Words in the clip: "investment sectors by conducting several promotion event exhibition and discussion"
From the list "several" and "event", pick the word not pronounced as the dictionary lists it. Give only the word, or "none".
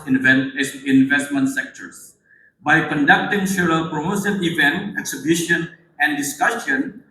several